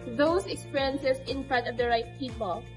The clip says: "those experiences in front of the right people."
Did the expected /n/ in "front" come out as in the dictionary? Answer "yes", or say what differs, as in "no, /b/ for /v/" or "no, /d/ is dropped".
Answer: no, /n/ is dropped